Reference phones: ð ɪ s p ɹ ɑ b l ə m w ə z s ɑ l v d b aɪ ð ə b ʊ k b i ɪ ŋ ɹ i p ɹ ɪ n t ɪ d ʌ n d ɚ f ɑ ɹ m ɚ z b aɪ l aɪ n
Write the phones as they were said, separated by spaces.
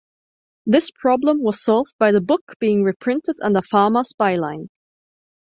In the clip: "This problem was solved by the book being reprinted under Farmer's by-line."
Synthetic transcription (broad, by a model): ð ɪ s p ɹ ɑ b l ə m w ə z s ɑ l v d b aɪ ð ə b ʊ k b i ɪ ŋ ɹ i p ɹ ɪ n t ɪ d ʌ n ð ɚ f ɑ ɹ m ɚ s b aɪ l aɪ n